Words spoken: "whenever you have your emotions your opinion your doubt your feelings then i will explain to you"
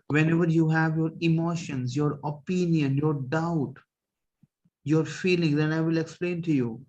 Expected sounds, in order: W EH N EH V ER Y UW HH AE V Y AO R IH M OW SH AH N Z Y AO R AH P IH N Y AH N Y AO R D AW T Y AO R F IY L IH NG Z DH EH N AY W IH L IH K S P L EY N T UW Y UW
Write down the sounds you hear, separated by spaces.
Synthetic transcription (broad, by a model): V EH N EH V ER Y UW HH AE V Y AO R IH M OW SH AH N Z Y AO R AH P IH N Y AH N Y AO R D AW T Y AO R F IY L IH NG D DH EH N AY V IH L IH K S P L EY N T UW Y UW